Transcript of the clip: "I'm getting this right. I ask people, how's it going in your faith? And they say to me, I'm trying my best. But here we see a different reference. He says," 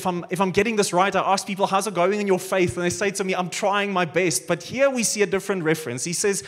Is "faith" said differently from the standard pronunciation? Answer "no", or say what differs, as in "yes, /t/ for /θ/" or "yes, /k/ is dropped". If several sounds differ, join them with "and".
no